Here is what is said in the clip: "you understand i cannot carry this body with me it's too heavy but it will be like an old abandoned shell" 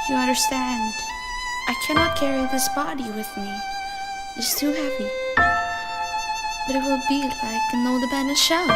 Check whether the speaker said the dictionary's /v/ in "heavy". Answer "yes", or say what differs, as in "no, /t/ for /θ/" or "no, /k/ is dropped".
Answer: no, /p/ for /v/